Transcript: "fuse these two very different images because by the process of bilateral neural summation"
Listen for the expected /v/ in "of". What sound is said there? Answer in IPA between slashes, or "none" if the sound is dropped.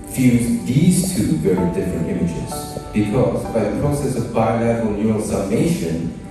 /v/